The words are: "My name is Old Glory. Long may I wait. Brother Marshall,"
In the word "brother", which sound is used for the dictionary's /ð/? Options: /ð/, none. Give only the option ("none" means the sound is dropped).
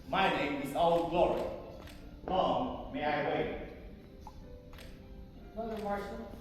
none